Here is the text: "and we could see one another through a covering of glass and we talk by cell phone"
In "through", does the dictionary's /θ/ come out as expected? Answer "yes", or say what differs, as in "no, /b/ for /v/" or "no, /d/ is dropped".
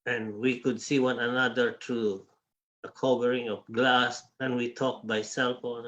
no, /t/ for /θ/